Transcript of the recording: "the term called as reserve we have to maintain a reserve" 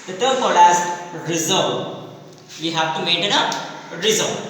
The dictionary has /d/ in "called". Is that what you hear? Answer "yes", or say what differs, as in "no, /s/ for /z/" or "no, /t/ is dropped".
no, /d/ is dropped